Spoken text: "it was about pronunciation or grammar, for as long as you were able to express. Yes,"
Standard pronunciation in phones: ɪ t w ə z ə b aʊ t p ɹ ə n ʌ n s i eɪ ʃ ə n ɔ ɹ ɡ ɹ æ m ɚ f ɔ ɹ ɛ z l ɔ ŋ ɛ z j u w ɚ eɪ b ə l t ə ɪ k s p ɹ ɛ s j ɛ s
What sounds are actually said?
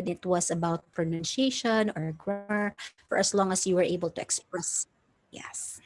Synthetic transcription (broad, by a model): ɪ t w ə s ə b aʊ t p ɹ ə n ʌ n ʃ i eɪ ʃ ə n ɔ ɹ ɡ ɹ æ m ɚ f ɔ ɹ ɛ s l ɔ ŋ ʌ s j u w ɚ eɪ b ə l t ə ɪ k s p ɹ ɛ s j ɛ s